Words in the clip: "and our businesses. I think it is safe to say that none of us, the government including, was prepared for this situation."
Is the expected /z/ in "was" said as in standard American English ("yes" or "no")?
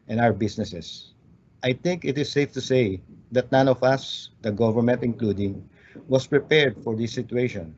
no